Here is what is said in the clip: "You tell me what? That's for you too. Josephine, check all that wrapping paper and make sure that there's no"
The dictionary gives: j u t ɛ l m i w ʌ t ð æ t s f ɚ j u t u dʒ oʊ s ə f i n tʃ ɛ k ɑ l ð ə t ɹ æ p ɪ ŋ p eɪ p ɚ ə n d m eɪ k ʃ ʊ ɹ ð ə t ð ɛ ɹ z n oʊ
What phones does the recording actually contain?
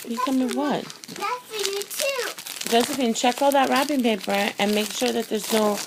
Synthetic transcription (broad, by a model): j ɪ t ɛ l m i w ʌ t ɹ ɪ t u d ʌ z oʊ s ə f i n tʃ ɛ k ɑ l ð ə t ɹ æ b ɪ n p eɪ p ɚ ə n m eɪ k ʃ ʊ ɹ ð ə t ð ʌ ɹ z n oʊ